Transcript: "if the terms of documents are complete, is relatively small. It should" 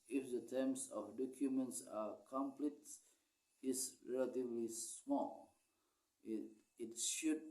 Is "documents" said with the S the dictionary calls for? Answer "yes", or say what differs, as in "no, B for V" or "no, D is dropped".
yes